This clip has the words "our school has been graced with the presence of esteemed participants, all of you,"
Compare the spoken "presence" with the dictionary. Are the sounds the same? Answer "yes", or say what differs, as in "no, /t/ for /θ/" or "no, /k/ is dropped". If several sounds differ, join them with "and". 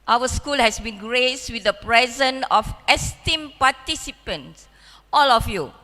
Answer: no, /s/ is dropped